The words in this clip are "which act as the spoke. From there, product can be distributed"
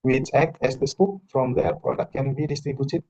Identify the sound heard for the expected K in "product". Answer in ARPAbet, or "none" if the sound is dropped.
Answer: none